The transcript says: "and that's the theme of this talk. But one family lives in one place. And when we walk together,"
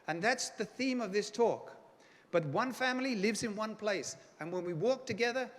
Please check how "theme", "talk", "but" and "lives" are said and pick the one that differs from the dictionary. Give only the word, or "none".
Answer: none